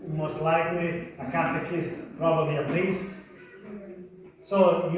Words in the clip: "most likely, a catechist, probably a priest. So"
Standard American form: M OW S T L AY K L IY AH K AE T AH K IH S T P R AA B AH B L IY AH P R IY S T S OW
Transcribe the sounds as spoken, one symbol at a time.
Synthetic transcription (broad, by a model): M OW S T L AY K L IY AH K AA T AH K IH S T P R AA B AH B L IY AH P L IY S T S OW